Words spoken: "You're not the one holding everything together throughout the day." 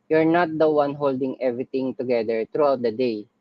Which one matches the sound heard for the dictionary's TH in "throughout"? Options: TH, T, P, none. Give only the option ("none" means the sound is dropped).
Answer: T